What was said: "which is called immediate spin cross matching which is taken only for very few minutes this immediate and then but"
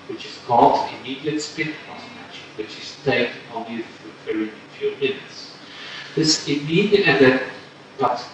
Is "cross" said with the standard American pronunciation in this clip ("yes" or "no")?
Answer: no